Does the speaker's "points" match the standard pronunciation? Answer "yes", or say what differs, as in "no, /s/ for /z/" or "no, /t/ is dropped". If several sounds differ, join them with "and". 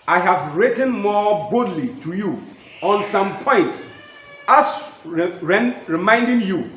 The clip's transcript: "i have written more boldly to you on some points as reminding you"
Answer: yes